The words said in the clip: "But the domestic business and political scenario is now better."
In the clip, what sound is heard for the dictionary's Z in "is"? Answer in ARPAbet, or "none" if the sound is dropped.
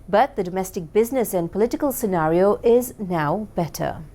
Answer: Z